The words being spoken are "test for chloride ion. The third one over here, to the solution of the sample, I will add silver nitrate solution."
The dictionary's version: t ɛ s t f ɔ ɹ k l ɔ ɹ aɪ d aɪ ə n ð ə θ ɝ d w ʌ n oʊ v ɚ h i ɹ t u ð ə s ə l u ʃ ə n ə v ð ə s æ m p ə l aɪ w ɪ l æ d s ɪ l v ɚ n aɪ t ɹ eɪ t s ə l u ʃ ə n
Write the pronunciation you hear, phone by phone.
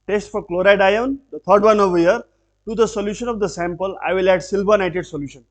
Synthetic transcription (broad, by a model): t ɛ s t f ɔ ɹ k l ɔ ɹ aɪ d aɪ ə n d ə t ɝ d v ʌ n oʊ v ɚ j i ɹ t u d ə s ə l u ʃ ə n ə v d ə s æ m p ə l aɪ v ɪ l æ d s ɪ l b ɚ n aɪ t eɪ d s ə l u ʃ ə n